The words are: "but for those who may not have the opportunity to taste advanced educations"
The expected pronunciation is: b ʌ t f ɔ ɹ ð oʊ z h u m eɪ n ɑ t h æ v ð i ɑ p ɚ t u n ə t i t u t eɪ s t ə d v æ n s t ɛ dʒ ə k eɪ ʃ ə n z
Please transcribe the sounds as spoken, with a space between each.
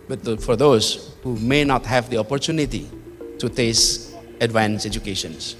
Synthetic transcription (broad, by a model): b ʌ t f ɔ ɹ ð oʊ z h u m eɪ n ɑ t h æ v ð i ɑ p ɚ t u n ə t i t u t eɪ s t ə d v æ n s ɛ dʒ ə k eɪ ʃ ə n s